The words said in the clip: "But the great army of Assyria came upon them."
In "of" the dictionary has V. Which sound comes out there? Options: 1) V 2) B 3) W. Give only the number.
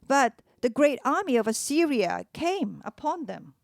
1